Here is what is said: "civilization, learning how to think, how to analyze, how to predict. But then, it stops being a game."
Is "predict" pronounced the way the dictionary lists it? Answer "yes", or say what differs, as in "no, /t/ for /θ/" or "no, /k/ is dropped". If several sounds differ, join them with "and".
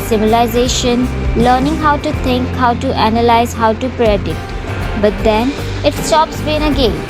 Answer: no, /k/ is dropped